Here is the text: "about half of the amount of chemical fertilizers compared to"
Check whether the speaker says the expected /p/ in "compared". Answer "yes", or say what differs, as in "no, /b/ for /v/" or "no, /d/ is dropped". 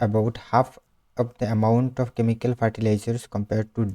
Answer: yes